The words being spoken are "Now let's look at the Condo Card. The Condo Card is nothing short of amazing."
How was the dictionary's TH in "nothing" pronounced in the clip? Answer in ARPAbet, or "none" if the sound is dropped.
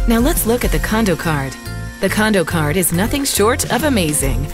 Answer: TH